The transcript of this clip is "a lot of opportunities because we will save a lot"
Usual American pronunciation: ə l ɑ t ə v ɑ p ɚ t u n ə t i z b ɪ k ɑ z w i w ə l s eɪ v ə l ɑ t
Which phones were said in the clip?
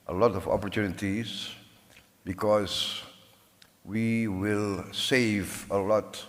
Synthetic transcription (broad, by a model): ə l ɑ t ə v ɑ p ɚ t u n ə t i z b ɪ k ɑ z w i w ə l s eɪ v ə l ɑ t